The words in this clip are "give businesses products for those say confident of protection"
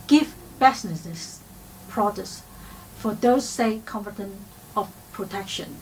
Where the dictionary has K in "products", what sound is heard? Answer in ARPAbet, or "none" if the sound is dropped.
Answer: none